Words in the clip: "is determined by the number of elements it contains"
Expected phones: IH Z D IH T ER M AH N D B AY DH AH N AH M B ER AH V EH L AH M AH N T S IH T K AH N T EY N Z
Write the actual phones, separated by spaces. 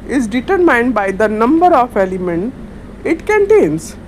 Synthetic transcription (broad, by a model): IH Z D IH T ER M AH N D B AY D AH N AH M B ER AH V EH L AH M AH N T IH T K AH N T EY N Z